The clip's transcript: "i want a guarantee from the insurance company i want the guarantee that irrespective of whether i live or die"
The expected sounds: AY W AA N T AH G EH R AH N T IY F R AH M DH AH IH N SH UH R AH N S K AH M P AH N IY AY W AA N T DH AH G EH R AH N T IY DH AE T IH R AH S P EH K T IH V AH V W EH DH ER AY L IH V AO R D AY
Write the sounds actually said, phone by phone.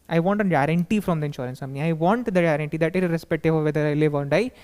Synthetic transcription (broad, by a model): AY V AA N T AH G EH R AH N T IY F R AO M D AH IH N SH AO R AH N S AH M AH IY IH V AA N T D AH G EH R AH N T IY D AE T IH R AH S P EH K T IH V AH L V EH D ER AY L IH V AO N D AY